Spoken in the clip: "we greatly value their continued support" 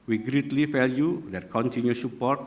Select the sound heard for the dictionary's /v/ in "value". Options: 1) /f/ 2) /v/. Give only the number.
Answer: 1